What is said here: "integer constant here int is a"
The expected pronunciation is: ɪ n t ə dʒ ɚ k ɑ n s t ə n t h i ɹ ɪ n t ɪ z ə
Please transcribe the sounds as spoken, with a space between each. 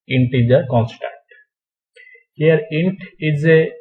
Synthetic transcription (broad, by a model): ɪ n t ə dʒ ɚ k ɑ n s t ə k t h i ɹ ɪ n t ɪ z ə